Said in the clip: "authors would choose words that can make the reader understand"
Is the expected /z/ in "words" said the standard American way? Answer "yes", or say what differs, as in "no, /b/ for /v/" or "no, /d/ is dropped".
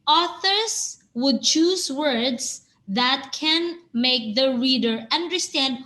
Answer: no, /s/ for /z/